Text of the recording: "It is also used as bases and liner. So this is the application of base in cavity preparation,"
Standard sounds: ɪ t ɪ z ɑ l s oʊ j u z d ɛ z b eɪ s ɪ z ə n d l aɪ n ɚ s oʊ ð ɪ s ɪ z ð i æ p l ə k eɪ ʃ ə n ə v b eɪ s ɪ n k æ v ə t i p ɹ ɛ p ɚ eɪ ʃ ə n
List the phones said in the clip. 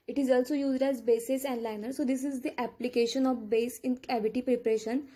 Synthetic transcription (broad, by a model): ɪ t ɪ z ɑ l s oʊ j u z d ɛ z b eɪ s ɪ s ə n d l aɪ n ɚ s oʊ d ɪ s ɪ z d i æ p l ə k eɪ ʃ ə n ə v b eɪ s ɪ n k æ v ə t i p ɹ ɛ p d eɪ ʃ ə n